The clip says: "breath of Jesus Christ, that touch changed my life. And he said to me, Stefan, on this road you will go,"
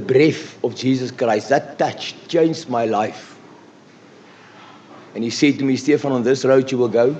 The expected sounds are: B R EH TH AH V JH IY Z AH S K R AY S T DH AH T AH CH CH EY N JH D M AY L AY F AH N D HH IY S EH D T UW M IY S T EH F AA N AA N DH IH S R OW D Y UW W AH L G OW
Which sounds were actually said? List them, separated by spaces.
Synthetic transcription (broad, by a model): B R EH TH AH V JH IY Z AH S K R AY S T DH AH T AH CH CH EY N JH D M AY L AY F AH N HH IY S EH D T UW M IY S T EH F AA N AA N DH IH S R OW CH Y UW W AH L G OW